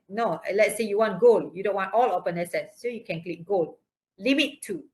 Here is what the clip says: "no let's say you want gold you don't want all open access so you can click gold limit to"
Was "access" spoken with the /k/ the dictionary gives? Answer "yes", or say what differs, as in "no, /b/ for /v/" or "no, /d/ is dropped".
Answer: no, /k/ is dropped